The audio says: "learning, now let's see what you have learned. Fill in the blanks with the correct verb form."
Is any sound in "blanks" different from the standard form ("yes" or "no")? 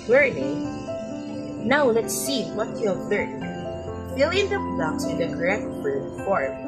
yes